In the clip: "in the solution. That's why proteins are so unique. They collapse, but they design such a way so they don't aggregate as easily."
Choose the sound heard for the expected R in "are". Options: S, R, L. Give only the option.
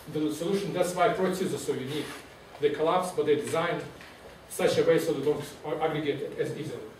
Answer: L